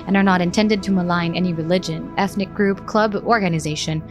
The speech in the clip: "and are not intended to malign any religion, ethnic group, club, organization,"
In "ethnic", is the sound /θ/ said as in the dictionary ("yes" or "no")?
yes